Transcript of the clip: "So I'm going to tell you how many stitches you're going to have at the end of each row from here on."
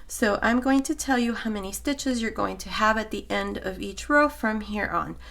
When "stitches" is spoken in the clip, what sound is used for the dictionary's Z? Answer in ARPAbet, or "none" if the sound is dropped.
Z